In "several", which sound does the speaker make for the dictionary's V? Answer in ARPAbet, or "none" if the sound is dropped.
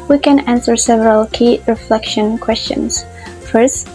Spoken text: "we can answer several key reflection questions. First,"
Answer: V